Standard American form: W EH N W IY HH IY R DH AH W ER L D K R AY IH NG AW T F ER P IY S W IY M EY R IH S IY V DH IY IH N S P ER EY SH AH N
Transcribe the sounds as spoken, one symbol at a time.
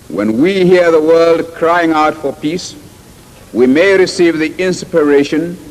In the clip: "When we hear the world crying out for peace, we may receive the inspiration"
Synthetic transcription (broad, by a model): W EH N W IY HH IY R DH AH W ER L D K R AY IH NG AW T F ER P IY S W IY M EY R IH S IY V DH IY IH N S P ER EY SH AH N